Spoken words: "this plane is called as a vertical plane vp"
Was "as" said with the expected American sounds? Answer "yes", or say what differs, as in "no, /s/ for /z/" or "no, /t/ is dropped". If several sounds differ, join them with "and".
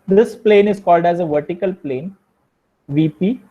yes